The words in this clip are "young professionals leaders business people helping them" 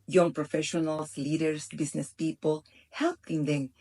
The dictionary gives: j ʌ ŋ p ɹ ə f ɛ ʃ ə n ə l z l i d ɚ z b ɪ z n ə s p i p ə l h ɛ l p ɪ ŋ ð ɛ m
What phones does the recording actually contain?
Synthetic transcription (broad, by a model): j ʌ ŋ p ɹ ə f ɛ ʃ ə n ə l s l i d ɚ s b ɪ s n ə s p i p ə l h ɛ l p ɪ ŋ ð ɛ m